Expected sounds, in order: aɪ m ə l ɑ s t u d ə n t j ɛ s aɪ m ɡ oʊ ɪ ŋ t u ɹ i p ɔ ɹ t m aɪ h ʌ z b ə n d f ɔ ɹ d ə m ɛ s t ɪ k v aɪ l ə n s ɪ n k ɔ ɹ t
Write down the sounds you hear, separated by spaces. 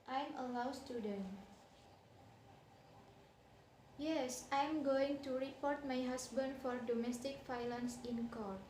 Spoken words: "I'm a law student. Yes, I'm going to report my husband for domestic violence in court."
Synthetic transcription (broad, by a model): aɪ m ə l ɑ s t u d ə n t j ɛ s aɪ m ɡ oʊ ɪ ŋ t u ɹ i p ɔ ɹ t m aɪ h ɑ s b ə n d f ɔ ɹ d ə m ɛ s t ɪ k f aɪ l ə n s ɪ n k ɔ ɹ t